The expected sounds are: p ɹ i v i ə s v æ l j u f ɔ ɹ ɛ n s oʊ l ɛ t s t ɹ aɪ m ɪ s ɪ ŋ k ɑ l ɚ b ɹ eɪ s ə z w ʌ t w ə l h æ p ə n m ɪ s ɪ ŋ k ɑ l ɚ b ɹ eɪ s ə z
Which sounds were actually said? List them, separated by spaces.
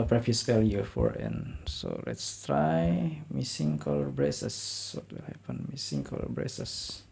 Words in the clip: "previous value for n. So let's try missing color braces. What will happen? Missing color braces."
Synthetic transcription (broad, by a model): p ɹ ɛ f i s f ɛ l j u f ɔ ɹ ɛ n s oʊ l ɛ t s t ɹ aɪ m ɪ s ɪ ŋ k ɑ l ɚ b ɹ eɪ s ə s w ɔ t w ə l h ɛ p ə n m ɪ s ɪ ŋ k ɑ l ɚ b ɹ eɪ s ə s